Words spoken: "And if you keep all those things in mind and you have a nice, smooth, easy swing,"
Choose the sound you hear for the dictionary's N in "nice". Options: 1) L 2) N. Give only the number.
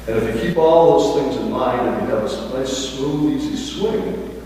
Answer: 1